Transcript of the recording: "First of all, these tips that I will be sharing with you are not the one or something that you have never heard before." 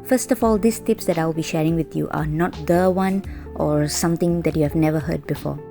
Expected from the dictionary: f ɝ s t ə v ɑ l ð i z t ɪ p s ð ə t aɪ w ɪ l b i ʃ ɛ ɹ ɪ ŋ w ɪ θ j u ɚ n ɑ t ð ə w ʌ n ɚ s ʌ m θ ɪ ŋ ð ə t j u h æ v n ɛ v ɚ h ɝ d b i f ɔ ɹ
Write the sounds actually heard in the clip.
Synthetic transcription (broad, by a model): f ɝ s t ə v ɑ l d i s t ɪ p s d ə t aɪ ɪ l b i ʃ ɛ ɹ ɪ ŋ w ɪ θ j u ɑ n ɑ t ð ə w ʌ n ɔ s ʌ m t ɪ ŋ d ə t j u h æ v n ɛ v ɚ h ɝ d b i f ɔ